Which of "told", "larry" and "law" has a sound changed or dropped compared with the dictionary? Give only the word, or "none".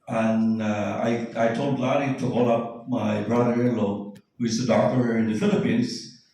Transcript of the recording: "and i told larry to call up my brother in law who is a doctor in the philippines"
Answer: larry